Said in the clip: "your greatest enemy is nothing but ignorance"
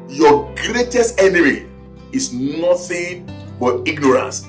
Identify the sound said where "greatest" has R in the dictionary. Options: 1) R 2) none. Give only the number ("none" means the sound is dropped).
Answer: 1